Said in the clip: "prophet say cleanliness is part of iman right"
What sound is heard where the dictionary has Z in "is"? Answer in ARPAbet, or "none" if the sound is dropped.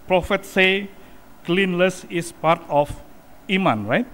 S